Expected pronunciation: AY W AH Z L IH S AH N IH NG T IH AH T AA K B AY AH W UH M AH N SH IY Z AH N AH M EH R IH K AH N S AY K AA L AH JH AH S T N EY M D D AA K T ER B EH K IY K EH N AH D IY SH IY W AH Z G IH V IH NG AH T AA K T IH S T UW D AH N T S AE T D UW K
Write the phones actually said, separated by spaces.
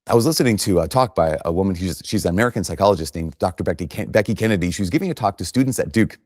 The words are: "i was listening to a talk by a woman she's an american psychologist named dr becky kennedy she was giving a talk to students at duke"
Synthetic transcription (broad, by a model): AY W AH Z L IH S AH N IH NG T IH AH T AA K B AY AH W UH M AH N SH IY Z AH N AH M EH R IH K AH N S AY K AA L AH JH AH S T N EY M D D AA K T ER B EH K IY K EH N AH D IY SH IY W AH Z G IH V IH T AA K T IH S T UW D N T S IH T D UW K